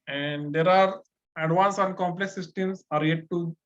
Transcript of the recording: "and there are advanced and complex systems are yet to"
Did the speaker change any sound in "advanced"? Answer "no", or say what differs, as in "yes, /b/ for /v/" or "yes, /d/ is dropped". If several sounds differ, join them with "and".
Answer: yes, /t/ is dropped